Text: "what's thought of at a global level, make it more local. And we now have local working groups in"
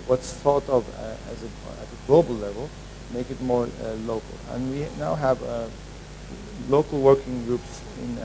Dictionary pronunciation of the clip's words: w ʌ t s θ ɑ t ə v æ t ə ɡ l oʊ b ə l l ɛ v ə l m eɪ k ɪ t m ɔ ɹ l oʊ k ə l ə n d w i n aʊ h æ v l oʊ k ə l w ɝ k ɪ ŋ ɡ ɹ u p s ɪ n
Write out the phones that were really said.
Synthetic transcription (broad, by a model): w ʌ t s θ ɑ t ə v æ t ə ɡ l oʊ b ə l l ɛ v ə l m eɪ k ɪ t m ɔ ɹ l oʊ k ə l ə n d w i n aʊ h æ v l oʊ k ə l w ɝ k ɪ ŋ ɡ ɹ u p s ɪ n